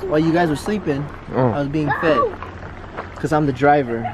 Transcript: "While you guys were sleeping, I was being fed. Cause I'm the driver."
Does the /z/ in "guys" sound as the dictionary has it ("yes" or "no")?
yes